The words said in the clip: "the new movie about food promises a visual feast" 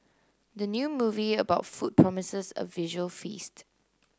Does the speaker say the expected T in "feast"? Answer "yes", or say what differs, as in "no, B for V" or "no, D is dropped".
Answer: yes